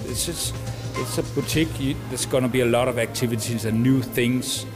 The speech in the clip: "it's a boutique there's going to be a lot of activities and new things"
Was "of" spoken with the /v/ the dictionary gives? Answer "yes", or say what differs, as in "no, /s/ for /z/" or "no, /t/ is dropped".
yes